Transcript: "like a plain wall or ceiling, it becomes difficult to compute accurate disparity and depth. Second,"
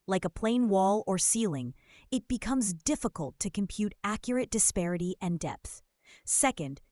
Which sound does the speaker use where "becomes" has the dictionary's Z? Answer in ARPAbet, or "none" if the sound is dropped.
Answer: Z